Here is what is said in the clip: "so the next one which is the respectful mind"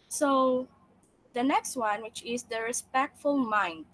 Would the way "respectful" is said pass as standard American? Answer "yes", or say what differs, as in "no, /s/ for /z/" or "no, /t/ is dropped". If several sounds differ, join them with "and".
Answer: yes